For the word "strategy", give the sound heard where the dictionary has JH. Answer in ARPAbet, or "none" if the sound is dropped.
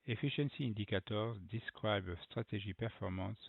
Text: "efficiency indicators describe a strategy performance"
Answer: ZH